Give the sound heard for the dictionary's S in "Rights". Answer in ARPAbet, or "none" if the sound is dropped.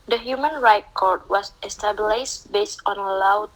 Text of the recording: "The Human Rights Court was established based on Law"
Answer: none